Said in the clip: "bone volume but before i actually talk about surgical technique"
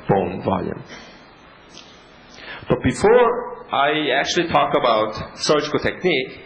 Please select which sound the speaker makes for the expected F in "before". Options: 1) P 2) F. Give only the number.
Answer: 2